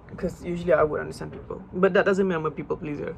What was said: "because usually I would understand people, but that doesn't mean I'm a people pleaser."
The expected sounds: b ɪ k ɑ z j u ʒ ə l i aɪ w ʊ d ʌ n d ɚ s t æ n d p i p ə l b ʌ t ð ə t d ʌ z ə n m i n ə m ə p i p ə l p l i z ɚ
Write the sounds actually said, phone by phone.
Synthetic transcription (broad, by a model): k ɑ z j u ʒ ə l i aɪ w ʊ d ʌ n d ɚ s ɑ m p i p ə l b ʌ t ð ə t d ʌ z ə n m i ə m ə p i p ə l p l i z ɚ